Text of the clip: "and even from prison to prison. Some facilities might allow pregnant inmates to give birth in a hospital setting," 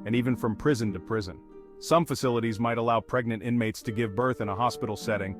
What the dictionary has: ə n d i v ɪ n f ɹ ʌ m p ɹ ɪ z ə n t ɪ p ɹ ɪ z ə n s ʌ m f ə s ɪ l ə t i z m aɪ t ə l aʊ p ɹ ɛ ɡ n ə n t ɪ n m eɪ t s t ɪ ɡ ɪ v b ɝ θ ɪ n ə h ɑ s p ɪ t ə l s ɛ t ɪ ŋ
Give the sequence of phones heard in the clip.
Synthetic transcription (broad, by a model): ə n i v ɪ n f ɹ ʌ m p ɹ ɪ z ə n t ɪ p ɹ ɪ z ə n s ʌ m f ə s ɪ l ə t i z m aɪ t ə l aʊ p ɹ ɛ ɡ n ə n t ɪ n m eɪ t s t ɪ ɡ ɪ v b ɝ θ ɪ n ə h ɑ s p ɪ t l s ɛ t ɪ ŋ